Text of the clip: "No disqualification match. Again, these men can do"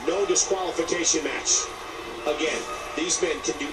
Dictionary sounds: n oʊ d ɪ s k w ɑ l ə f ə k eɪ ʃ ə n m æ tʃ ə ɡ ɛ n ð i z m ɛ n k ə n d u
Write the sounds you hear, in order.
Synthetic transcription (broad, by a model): n oʊ d ɪ s k w ɑ l ə f ə k eɪ ʃ ə n m æ tʃ ə ɡ ɛ n ð i z m ɛ n k ə n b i